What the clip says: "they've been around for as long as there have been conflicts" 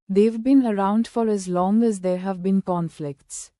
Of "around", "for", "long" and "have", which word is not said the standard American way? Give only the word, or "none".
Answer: none